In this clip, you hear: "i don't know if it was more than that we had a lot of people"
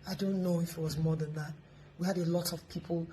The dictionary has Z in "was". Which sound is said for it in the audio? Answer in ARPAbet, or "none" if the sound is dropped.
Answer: Z